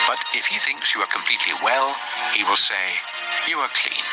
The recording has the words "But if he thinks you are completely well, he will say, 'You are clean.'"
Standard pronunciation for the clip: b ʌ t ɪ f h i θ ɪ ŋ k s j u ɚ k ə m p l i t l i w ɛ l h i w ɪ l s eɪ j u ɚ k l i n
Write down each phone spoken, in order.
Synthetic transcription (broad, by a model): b ʌ t ɪ f h i θ ɪ ŋ k s j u ɚ k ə m p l i t l i w ɛ l h i w ɪ l s eɪ j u ɚ k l i n